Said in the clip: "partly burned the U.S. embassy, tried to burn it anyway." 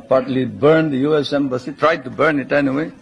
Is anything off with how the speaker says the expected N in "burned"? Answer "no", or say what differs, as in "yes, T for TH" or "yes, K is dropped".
no